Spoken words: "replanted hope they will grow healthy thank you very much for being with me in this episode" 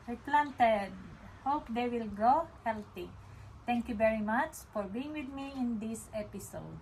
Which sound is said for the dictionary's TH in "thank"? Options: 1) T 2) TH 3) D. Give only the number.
1